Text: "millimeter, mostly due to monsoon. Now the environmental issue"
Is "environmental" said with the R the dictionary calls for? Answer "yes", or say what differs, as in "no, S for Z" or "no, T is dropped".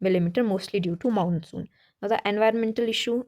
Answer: yes